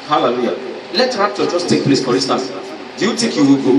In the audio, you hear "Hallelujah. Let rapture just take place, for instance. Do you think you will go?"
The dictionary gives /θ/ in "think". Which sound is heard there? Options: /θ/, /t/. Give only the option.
/t/